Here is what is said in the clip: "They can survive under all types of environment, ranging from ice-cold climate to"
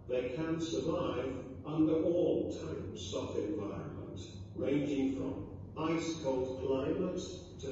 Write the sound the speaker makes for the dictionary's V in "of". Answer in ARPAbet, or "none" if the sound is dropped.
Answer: F